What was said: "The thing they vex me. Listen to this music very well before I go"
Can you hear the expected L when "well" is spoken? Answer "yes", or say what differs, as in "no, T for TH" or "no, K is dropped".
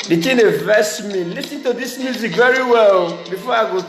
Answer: yes